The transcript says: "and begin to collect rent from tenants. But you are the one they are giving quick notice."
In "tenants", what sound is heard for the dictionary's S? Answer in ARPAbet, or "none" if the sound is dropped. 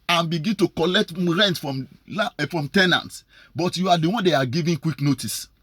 S